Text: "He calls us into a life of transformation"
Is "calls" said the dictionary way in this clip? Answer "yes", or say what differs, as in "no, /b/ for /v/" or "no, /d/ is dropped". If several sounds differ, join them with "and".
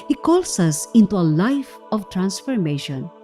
no, /s/ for /z/